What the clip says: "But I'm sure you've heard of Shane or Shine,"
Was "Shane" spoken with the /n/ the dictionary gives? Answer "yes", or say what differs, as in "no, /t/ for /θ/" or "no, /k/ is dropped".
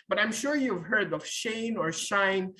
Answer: yes